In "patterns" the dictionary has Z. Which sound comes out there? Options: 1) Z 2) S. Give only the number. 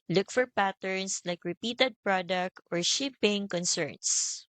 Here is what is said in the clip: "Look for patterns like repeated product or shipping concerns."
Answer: 2